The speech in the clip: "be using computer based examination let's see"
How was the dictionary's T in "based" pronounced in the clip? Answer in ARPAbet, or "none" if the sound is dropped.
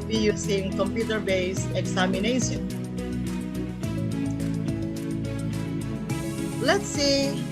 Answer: none